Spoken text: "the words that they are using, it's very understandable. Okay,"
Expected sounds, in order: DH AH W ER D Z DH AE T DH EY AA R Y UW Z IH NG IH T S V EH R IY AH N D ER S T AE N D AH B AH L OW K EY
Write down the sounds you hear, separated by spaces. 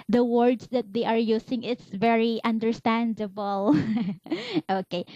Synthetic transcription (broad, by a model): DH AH W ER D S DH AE T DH EY AA R Y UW S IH NG IH T S V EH R IY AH N D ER S T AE N D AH B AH L OW K EY